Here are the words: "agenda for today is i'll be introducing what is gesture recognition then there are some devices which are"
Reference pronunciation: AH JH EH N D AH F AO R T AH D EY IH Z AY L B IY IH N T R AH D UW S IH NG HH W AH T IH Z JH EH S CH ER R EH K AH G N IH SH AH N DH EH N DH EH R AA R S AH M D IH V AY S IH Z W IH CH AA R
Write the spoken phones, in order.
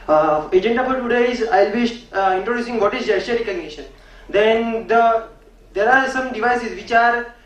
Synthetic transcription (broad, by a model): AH JH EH N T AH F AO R T AH D EY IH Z AY L B IY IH N T R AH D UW S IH NG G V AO T IH Z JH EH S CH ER R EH K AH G N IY SH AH N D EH N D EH R AA R S AH M D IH V AY S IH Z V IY CH AA R